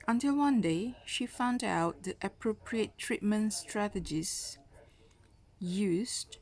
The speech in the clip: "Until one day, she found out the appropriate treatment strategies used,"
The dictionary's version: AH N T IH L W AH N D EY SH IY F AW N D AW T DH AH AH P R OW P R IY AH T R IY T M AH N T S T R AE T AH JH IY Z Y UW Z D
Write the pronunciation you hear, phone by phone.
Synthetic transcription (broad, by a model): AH N T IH L W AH N D EY SH IY F AW N D AW T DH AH AH P R OW P R IY AH T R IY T M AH N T S T R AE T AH JH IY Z Y UW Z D